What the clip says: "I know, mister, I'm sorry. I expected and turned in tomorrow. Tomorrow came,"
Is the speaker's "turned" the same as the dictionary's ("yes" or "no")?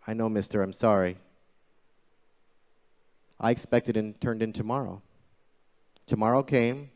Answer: yes